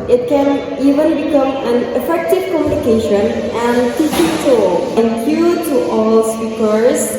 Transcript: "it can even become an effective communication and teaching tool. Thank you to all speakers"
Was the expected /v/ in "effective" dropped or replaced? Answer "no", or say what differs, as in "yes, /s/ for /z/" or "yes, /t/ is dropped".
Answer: no